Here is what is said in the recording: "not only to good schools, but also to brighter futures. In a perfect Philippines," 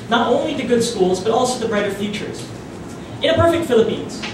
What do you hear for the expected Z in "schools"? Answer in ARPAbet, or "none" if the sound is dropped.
Z